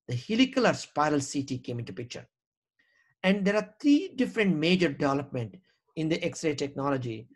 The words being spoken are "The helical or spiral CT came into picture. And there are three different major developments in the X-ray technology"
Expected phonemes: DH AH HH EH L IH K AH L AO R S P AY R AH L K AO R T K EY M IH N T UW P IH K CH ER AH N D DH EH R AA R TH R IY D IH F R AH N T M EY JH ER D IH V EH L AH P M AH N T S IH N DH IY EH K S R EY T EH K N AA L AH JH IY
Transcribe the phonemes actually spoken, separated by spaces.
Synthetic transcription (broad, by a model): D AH HH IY L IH K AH L AO R S P AY R AH L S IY T K EY M IH N T UW P IH K CH ER AH N D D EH R AA R T R IY D IH F R AH N T M EY JH ER D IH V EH L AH P M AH N T IH N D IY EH K S R EY T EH K N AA L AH JH IY